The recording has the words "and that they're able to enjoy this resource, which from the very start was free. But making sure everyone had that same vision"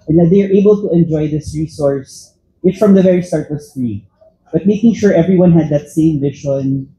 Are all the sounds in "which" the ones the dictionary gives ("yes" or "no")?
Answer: no